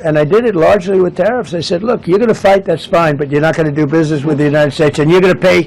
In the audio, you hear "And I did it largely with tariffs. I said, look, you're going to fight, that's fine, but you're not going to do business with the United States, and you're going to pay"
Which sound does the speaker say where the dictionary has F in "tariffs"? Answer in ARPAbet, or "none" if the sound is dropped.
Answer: F